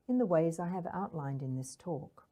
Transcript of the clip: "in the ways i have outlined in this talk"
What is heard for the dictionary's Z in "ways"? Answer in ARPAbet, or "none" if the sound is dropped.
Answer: Z